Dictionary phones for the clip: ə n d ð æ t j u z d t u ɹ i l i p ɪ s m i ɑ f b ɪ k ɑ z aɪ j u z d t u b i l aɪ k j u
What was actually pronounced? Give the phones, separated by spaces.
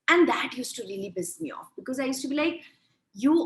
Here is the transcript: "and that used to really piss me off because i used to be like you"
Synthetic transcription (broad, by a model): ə n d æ t j u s t u ɹ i l i b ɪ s m i ɑ f b ɪ k ɑ z aɪ j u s t u b i l aɪ k j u